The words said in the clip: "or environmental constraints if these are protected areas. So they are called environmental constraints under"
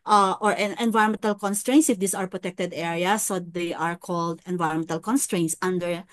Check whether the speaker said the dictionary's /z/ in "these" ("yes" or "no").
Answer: no